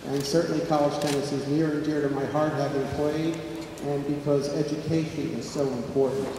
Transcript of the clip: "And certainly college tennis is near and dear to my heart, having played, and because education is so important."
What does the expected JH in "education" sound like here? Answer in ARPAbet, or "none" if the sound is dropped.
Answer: JH